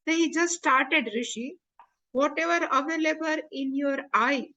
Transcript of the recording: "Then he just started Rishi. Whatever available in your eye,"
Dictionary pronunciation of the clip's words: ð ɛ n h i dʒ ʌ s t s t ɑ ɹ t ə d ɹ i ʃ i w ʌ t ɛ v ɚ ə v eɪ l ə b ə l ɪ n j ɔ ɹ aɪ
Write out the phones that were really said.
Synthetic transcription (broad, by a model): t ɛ h i dʒ ʌ s t s t ɑ ɹ t ə d ɹ i ʃ i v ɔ t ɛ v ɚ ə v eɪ l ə b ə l ɪ n j ɔ ɹ aɪ